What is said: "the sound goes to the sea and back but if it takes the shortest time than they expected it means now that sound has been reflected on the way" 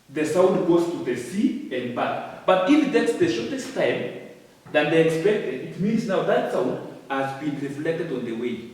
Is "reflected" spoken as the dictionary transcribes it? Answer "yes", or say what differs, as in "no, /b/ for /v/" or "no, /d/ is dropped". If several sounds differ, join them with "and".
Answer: yes